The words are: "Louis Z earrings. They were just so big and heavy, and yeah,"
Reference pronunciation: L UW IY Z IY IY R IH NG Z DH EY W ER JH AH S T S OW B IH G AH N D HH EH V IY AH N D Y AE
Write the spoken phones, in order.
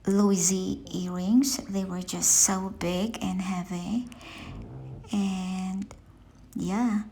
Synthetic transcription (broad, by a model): L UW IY Z IY IY R IH NG Z DH EY W ER JH AH S T S OW B IH G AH N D HH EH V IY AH N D Y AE